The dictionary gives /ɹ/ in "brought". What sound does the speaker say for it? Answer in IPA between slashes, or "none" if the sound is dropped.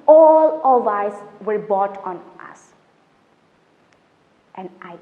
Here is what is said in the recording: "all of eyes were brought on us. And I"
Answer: none